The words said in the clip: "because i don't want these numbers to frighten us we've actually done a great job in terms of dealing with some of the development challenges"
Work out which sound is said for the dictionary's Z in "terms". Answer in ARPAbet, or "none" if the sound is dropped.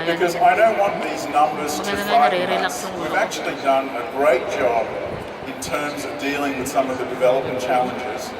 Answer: Z